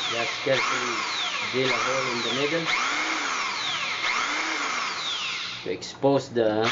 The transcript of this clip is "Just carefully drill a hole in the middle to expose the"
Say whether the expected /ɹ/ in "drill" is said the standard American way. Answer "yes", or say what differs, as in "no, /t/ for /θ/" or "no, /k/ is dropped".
no, /ɹ/ is dropped